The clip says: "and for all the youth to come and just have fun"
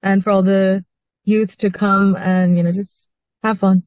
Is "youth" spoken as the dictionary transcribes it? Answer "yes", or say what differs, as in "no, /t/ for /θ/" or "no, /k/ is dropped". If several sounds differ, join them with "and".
yes